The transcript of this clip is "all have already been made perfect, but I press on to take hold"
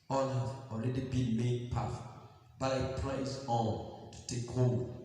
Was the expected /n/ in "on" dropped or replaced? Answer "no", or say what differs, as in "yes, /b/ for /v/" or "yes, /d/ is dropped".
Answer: yes, /l/ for /n/